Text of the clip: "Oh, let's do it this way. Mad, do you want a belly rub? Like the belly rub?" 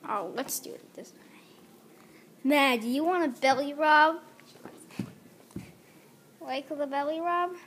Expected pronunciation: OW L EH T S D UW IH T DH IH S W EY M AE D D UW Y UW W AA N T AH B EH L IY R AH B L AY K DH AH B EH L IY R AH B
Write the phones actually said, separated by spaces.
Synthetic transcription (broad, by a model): OW L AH T S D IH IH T DH IH S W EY M AE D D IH Y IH W AA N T AH B EH L IY R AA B W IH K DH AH B EH L IY R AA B